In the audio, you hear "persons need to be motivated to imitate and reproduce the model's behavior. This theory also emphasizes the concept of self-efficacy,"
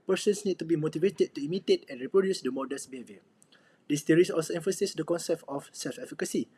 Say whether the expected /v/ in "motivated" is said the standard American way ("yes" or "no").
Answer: yes